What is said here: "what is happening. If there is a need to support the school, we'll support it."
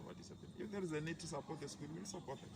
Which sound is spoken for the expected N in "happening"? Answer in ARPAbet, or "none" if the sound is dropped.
L